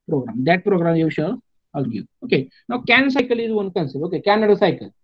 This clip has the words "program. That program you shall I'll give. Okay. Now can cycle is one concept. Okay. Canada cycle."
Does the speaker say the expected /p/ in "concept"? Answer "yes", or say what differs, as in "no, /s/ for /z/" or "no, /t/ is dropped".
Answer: no, /p/ is dropped